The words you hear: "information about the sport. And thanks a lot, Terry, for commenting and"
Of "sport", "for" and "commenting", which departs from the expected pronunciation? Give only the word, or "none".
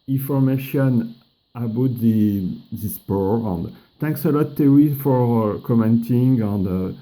sport